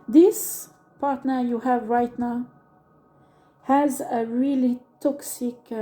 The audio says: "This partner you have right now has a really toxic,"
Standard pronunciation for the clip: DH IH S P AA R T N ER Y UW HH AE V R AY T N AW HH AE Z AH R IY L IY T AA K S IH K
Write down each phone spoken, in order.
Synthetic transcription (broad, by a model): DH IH S P AA R T N ER Y UW HH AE V R AY T N AW HH AE Z AH R IY L IY T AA K S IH K